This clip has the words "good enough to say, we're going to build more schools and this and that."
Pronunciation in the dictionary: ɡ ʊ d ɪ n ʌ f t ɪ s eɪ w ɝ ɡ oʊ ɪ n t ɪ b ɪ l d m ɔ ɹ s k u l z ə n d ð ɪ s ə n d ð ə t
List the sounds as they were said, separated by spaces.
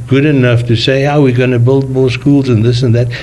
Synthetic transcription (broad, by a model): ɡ ʊ d ɪ n ʌ f t ɪ s eɪ w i ɡ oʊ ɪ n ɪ b ɪ l d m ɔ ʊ s k u l z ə n ð ɪ s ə n ð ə t